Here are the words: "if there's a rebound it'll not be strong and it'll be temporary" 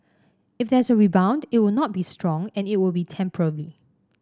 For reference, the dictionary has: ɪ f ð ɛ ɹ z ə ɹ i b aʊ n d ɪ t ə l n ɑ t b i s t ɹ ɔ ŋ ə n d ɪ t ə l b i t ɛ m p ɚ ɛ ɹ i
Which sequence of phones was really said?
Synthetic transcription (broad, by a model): ɪ f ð ɛ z ə ɹ i b aʊ n d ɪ t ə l n ɑ t b i s t ɹ ɔ ŋ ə n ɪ t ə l b i t ɛ m p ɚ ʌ l i